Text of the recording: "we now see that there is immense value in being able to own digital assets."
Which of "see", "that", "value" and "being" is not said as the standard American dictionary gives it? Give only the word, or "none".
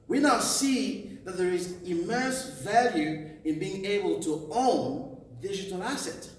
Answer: none